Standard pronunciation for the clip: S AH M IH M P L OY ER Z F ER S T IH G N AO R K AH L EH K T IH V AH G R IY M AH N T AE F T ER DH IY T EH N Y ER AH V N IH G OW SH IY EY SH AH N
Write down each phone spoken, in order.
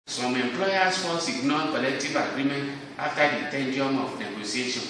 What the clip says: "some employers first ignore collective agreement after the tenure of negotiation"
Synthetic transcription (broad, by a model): S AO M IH M P L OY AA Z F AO S IH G N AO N K AH L EH K T IH V AH G R IY M AH N T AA F T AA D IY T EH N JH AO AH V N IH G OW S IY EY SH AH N